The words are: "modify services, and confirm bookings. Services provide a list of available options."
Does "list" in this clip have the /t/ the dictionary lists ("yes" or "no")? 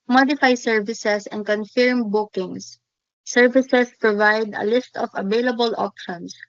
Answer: yes